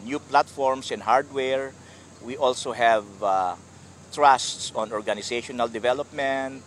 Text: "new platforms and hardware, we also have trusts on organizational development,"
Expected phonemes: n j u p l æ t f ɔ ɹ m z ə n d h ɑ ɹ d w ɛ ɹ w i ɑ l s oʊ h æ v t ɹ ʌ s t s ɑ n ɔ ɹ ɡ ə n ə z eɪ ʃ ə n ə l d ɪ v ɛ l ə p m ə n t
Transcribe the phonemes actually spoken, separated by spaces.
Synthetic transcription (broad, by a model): n j u p l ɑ t f ɔ ɹ m s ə n h ɑ ɹ d w ɛ ɹ w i ɑ l s oʊ h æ v t ɹ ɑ s t s ɑ n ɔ ɹ ɡ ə n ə s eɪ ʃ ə n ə l d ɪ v ɛ l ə p m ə n t